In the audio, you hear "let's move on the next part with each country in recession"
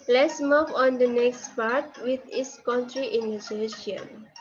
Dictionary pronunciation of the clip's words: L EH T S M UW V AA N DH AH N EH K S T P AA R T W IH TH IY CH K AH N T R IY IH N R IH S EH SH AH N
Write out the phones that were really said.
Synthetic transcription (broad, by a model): L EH T S M UW V AA N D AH N EH K S T P AA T W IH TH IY S K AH N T R IY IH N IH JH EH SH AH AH